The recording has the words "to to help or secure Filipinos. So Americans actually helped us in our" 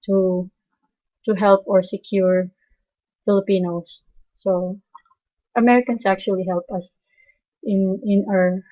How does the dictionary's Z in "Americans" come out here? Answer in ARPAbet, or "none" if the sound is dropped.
S